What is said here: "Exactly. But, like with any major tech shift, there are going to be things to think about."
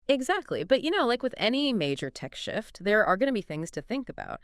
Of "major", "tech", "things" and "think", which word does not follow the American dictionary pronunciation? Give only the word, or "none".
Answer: none